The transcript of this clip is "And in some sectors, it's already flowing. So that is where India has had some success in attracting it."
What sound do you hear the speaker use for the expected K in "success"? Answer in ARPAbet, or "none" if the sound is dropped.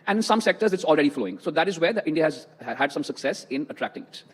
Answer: K